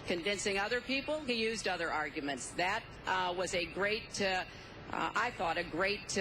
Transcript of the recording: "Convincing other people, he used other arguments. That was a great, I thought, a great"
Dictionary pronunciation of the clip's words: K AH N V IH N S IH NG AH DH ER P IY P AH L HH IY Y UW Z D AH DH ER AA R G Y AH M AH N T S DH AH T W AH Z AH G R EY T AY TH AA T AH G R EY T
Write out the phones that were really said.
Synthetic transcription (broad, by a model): K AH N V IH N S IH NG AH DH ER P IY P L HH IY Y UW Z D AH DH ER AA R G Y AH M AH N T S DH AH T W AH Z AH G R EY T AY TH AA T AH G R EY T